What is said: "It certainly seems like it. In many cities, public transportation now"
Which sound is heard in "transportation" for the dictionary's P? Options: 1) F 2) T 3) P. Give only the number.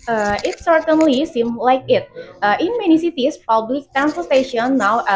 1